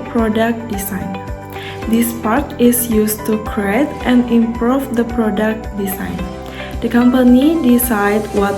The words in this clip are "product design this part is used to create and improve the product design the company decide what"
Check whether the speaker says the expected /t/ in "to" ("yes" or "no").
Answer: yes